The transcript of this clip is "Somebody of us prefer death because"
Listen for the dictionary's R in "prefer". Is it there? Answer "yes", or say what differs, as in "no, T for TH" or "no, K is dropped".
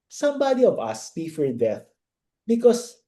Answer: no, R is dropped